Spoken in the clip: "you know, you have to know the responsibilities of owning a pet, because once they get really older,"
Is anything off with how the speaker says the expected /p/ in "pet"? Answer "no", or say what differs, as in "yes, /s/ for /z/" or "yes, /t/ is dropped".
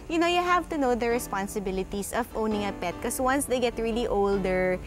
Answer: no